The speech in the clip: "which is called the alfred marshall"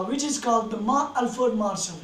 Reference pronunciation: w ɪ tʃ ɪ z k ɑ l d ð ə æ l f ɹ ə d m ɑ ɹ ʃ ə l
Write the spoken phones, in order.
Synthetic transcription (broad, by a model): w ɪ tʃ ɪ z k ɑ l d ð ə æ l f ə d m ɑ ɹ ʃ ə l